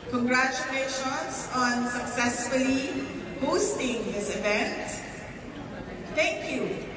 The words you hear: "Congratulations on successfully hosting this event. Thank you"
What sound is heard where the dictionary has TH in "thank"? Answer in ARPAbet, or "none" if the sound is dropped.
T